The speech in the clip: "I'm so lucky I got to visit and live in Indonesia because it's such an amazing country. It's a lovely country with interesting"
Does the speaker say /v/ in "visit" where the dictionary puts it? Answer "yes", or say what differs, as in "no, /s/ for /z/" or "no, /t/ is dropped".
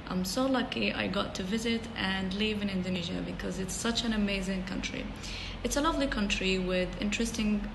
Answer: yes